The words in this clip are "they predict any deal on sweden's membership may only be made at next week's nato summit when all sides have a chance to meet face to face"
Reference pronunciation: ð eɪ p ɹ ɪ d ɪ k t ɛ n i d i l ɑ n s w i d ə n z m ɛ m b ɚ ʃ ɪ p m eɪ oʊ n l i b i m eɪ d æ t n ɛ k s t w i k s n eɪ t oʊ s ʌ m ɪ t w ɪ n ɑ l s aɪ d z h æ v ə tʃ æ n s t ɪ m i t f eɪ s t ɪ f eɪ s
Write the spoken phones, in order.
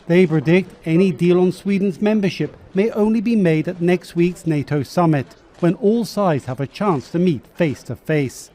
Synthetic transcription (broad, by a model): ð eɪ p ɹ ɪ d ɪ k t ɛ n i d i l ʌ n s w i d n z m ɛ m b ɚ ʃ ɪ p m eɪ oʊ n l i b i m eɪ d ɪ t n ɛ k s t w i k s n eɪ t oʊ s ʌ m ɪ t w ɪ n ɑ l s aɪ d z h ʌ v ə tʃ æ n s t ɪ m i t f eɪ s t ɪ f eɪ s